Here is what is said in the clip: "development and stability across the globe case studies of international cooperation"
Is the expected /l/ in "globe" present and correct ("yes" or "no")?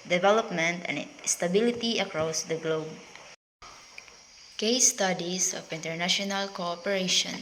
yes